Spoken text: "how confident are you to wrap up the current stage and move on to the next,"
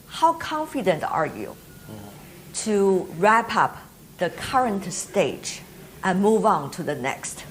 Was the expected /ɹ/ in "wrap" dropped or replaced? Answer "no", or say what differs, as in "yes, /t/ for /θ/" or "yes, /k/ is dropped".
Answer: no